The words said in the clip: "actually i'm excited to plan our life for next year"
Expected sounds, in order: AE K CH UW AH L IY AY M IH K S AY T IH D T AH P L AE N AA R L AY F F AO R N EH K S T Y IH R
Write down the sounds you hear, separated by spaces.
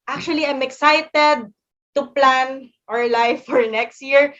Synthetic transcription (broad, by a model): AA K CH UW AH L IY AY M IH K S AY T IH D T AH P L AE N AA R L AY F F AO R N EH K S T Y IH R